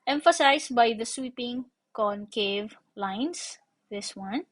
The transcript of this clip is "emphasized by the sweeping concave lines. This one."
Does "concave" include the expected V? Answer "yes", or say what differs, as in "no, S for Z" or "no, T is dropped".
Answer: yes